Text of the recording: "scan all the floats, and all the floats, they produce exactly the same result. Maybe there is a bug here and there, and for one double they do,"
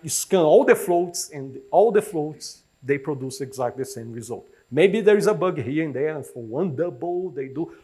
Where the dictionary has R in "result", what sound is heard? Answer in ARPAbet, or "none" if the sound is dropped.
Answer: R